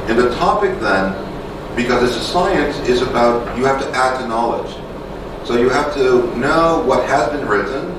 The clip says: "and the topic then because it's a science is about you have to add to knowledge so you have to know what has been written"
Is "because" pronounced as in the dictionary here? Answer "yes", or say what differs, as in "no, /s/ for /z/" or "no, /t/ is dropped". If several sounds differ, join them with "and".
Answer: yes